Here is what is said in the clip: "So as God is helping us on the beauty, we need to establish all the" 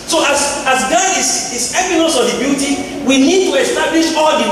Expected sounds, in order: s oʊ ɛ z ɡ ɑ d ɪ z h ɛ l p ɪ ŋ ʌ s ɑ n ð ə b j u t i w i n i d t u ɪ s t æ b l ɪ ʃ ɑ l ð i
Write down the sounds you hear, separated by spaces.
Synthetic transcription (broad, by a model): s oʊ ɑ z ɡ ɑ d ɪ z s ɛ p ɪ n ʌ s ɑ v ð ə b j u t i w i n i d t u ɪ s t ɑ b l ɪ ʃ ɑ l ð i